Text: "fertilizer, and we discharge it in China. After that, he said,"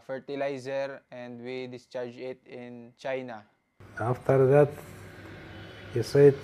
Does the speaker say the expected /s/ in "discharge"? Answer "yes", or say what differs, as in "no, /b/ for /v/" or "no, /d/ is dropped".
yes